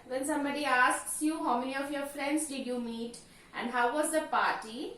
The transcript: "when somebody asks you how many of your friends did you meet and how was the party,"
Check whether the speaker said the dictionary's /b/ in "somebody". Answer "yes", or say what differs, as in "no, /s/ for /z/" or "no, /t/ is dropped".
yes